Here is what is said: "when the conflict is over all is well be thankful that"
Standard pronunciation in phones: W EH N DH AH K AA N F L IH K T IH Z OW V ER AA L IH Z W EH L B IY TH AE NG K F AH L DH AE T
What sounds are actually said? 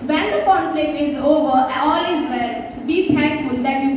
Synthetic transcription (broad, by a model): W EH N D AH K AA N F L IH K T IH Z OW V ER AA L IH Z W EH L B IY T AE K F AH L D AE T